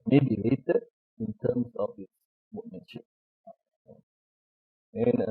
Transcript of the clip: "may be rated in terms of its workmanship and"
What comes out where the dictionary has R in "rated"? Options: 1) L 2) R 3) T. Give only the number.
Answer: 1